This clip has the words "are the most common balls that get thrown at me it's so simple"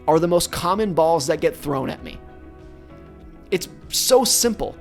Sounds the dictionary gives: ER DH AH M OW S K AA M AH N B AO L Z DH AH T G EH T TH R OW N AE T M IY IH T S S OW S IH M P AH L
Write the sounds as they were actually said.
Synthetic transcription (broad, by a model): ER DH AH M OW S K AA M AH N B AO L Z DH AH T G EH T TH R OW N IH T M IY IH T S S OW S IH M P L